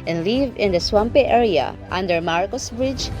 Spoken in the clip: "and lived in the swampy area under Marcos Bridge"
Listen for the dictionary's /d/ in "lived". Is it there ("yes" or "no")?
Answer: no